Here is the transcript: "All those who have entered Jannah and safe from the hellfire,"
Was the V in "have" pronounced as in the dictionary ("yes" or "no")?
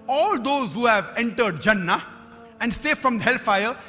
yes